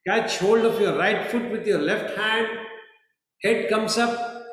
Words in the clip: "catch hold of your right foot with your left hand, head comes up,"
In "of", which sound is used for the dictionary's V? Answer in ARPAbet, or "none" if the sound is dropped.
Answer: P